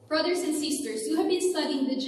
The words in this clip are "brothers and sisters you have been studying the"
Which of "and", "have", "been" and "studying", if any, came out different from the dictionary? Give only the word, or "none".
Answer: none